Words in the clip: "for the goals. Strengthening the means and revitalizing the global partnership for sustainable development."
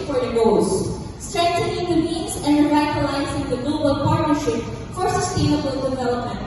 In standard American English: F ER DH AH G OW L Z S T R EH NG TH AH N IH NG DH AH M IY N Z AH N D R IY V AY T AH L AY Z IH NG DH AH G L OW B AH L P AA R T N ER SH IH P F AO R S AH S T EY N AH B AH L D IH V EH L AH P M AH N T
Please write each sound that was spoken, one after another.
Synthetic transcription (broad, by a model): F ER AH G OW Z S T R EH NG T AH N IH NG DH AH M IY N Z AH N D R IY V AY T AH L AY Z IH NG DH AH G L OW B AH L P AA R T N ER SH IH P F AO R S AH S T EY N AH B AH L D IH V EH L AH P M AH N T